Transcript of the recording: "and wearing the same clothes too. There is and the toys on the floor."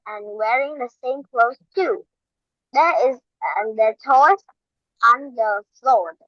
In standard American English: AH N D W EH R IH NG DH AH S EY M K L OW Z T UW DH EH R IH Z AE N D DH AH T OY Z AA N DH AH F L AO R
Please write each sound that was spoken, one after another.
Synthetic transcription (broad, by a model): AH N W EH R IH NG DH AH S EY M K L OW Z T UW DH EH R IH Z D DH AH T OY S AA N DH AH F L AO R